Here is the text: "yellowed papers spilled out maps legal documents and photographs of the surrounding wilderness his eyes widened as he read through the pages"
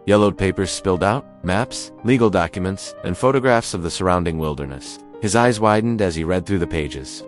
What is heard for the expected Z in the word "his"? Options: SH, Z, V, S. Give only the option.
Z